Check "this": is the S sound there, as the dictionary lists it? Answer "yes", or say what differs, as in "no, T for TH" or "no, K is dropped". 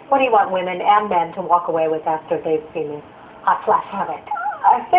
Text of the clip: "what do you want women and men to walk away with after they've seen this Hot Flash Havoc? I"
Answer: no, S is dropped